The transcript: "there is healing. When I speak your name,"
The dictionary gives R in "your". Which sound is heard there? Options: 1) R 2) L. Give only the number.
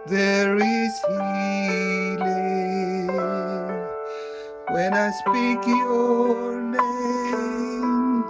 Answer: 2